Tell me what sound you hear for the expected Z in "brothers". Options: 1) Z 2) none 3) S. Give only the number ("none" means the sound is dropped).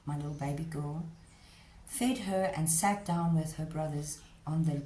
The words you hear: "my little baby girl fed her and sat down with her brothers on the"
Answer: 1